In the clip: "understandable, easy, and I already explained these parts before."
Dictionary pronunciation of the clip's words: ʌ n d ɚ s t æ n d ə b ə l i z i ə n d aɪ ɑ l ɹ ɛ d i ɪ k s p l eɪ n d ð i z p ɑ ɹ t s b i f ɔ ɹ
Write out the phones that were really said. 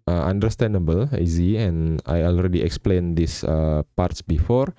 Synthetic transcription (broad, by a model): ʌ n d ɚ s t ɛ n d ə b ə l i z i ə n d aɪ ɑ l ɹ ɛ d i ɪ k s p l eɪ n d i s p ɑ ɹ t s b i f ɔ ɹ